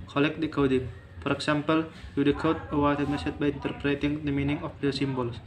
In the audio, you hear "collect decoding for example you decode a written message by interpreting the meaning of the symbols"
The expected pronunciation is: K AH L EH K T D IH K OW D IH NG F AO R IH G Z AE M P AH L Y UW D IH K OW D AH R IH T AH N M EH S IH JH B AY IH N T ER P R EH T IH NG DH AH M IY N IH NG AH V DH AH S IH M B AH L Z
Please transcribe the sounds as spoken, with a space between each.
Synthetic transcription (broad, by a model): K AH L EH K D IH K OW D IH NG F AO R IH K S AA M P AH L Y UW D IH K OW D AH W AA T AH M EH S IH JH B AY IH N T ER P R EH T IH NG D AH M IY N IH NG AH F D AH S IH M B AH L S